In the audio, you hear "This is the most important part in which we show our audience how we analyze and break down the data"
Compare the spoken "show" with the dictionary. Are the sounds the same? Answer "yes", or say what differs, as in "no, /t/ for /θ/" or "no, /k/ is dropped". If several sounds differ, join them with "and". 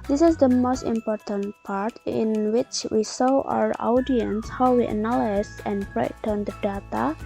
no, /s/ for /ʃ/